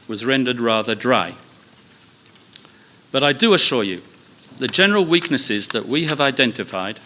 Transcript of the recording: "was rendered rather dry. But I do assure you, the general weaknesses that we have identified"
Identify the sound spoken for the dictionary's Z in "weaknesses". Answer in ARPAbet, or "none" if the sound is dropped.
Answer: Z